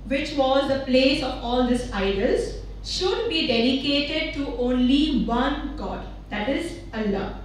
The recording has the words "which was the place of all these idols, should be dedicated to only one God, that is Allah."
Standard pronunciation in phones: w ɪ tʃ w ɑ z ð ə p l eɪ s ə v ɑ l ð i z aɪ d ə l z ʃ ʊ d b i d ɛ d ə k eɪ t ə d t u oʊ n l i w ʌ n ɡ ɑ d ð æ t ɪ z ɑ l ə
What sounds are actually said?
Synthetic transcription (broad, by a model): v ɪ tʃ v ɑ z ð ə p l eɪ s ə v ɑ l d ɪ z aɪ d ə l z ʃ ʊ d b i d ɛ d ə k eɪ t ə d t u oʊ n l i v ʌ n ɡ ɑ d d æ t ɪ z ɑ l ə